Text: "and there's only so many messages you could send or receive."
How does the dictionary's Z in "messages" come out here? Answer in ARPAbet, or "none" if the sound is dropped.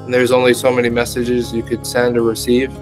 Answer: Z